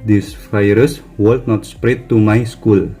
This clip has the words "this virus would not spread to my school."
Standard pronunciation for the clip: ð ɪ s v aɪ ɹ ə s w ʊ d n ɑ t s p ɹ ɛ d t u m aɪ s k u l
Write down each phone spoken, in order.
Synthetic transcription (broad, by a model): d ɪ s f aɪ ɹ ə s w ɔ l n ɑ t s p ɹ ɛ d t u m aɪ s k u l